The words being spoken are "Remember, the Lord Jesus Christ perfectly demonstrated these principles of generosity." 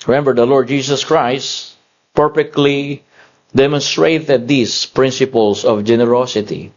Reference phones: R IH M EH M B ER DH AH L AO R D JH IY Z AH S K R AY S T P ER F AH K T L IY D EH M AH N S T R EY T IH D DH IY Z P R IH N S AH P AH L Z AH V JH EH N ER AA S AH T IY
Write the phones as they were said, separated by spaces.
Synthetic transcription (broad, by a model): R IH M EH M B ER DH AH L AO R D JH IY S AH S K R AY S T P ER F AH K T L IY D EH M AH N S T R EY T IH D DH IY S P R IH N S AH P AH L S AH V JH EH N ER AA S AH T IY